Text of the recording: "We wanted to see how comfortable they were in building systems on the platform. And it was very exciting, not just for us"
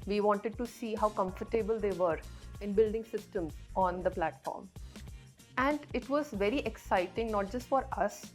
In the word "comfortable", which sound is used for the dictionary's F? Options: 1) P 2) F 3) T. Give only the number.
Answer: 2